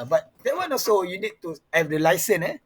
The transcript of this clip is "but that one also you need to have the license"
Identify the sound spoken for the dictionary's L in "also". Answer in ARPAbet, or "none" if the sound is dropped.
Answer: none